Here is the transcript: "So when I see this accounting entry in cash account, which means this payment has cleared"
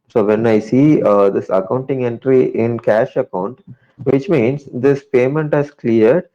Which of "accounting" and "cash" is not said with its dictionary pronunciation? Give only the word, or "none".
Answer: none